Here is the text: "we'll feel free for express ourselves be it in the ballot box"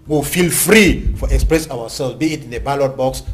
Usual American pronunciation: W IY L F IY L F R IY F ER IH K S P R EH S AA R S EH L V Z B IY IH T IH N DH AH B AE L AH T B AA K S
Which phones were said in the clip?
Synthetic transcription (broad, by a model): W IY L F IY L F R IY F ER IH K S P R EH S AA W S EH L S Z B IY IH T IH N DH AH B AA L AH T B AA K S